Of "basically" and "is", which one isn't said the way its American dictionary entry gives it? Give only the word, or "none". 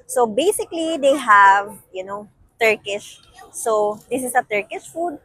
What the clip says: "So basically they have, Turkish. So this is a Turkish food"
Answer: is